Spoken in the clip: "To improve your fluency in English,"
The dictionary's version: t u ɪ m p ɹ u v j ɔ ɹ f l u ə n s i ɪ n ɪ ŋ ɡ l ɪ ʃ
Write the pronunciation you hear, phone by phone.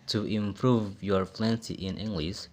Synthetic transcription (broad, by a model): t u ɪ m p ɹ u v j ɔ ɹ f l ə n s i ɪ n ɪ ŋ ɡ l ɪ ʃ